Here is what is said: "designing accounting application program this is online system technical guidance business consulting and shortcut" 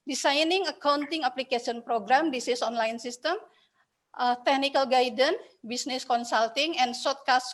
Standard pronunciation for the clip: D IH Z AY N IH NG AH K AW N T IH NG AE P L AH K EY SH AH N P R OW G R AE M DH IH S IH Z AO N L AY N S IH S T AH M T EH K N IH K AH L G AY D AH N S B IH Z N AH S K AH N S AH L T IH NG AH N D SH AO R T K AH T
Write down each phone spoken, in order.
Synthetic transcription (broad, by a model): D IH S AY N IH NG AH K AW N T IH NG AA P L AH K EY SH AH N P R OW G R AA M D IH S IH S AO N L AY N S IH S T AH M T EH K N IH K AH L G AY D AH N B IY S N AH S K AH N S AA L T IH NG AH N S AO T K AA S